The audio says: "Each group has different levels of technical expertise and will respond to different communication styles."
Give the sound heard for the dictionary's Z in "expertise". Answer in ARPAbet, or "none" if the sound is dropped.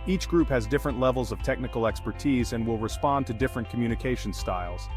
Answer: Z